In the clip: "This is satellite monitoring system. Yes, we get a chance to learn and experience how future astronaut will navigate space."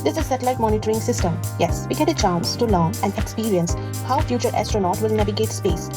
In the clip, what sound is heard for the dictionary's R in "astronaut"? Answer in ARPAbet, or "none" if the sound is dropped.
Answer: R